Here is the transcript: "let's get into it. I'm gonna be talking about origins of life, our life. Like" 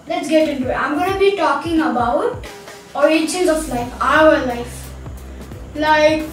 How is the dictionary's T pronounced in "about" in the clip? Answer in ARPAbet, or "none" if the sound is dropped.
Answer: T